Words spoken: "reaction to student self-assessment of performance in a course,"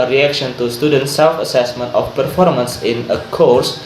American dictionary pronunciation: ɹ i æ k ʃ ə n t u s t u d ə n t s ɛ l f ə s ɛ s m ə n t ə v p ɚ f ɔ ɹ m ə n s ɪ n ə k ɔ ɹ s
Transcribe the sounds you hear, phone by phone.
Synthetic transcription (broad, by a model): ɹ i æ k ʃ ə n t u s t u d ə n t s ɛ l f ə s ɛ s m ə n t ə f p ɚ f ɔ ɹ m ə n s ɪ n ə k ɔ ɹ s